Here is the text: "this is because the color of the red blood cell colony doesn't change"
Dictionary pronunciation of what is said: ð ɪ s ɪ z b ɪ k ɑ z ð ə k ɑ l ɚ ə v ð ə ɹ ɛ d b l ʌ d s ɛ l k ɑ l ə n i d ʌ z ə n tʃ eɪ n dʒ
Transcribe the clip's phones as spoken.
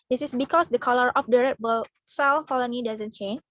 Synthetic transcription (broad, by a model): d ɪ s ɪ s b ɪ k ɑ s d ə k ɑ l ɚ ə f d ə ɹ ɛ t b ʌ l s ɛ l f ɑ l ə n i d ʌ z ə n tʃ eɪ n